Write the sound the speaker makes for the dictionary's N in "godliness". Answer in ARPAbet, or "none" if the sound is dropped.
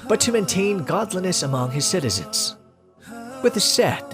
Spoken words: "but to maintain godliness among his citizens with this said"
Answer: N